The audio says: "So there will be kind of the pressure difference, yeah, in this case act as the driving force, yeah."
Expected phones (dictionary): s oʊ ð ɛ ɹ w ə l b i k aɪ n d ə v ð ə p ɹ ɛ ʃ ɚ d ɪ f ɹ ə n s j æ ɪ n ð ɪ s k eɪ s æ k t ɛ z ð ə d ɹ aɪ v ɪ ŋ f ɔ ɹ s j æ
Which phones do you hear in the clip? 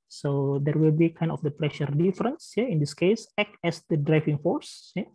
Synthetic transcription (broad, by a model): s oʊ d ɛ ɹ w ə l b i k aɪ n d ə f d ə p ɹ ɛ ʃ ɚ d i f ɹ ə n s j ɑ ɪ n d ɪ s k eɪ s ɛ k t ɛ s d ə d ɹ aɪ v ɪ ŋ f ɔ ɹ s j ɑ